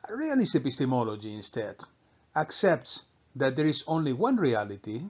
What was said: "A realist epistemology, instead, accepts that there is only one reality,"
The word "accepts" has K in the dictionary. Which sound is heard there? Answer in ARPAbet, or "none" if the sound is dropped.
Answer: K